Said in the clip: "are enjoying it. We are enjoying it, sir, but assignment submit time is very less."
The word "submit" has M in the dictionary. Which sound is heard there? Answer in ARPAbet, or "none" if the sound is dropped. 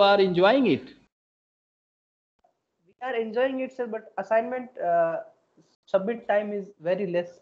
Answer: none